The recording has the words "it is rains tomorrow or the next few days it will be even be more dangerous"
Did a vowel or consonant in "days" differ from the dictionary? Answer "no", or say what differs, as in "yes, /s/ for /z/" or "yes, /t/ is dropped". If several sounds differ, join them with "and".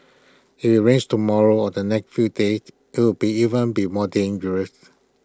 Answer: yes, /z/ is dropped